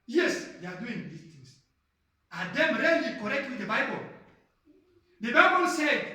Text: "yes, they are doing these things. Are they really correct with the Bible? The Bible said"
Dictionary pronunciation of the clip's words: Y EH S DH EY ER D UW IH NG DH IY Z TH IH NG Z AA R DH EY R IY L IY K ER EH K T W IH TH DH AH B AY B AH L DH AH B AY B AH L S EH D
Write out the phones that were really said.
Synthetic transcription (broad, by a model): Y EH S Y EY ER D UW IH NG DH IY TH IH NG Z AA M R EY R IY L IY K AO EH K T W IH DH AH B AY B AH L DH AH B AY B AH L S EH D